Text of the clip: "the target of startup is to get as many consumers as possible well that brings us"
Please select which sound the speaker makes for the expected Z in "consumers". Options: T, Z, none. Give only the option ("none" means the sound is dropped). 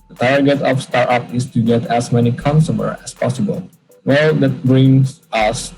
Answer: none